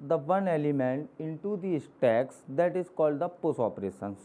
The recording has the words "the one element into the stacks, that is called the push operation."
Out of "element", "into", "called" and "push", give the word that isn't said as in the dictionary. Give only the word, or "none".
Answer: push